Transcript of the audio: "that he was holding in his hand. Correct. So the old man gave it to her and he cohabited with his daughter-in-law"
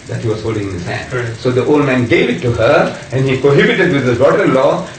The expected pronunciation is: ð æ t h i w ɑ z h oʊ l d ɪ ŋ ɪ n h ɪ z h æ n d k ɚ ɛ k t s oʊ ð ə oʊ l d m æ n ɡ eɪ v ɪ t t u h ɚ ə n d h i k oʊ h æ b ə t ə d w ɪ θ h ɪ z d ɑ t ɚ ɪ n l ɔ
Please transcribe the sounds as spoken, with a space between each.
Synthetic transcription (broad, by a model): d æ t h i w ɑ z h oʊ l d ɪ ŋ ɪ n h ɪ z h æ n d s oʊ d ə oʊ l d m æ n ɡ eɪ v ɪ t t u h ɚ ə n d h i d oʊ h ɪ b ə t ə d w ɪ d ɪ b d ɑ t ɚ ɪ n l ɔ